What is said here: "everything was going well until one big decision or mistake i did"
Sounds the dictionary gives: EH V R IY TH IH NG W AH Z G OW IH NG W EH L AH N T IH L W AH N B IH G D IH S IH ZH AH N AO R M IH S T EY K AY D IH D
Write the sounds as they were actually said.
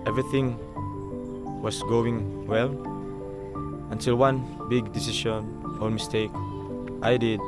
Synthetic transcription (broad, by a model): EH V R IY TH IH NG W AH S G OW IH NG W EH L AH N T IH L W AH N B IH G D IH S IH SH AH N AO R M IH S T EY K AY D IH D